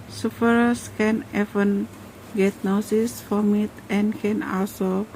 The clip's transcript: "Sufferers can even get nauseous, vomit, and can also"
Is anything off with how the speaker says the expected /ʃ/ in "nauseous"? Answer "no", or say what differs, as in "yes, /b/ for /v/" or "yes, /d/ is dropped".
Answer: yes, /s/ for /ʃ/